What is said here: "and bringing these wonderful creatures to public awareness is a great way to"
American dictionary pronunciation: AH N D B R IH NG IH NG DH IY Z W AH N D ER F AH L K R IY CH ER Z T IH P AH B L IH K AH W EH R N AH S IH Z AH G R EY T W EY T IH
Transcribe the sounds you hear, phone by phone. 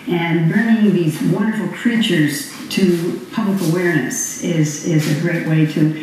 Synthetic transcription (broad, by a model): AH N B R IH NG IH NG DH IY Z W AH N D ER F L K R IY CH ER Z T IH P AH B L IH K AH W EH R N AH S IH Z AH G R EY T W EY T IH